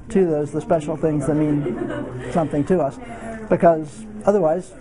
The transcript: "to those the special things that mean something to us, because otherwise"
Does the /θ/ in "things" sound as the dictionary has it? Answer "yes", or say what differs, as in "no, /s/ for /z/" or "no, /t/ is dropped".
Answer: yes